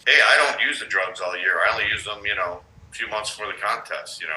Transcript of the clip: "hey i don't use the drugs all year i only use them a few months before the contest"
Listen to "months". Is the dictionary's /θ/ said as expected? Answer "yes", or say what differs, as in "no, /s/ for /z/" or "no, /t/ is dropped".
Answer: yes